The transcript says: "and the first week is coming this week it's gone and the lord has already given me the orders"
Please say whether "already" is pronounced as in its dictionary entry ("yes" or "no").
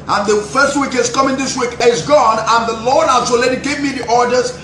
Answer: no